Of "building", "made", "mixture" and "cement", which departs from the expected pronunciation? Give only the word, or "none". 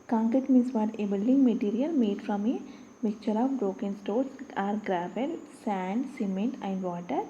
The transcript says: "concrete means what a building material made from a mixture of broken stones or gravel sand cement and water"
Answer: mixture